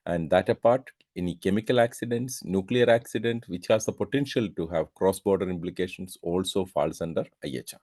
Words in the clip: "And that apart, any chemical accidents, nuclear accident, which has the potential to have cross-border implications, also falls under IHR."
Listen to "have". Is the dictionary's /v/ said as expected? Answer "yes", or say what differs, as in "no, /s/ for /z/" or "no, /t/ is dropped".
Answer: yes